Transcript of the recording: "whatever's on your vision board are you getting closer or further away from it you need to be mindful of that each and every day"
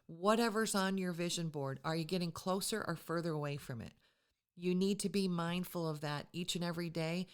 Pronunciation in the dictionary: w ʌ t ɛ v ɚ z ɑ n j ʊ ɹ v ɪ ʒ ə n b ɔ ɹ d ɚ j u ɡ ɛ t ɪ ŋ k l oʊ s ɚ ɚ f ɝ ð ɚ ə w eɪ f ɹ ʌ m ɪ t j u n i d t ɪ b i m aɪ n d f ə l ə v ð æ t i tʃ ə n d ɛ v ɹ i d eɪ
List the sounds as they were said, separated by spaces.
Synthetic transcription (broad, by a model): w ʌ t ɛ v ɚ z n j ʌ ɹ v ɪ ʒ ə n b ɔ ɹ d ɚ j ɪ ɡ ɛ t ɪ ŋ k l oʊ s ɚ ɚ f ɝ ð ɚ ə w eɪ f ɹ ʌ m ɪ t j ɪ n i d t ɪ b i m aɪ n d f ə l ə v ð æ t i tʃ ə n ɛ v ɹ i d eɪ